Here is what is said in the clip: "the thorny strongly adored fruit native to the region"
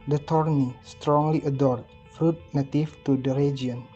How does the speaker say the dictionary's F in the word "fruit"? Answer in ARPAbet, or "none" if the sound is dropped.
F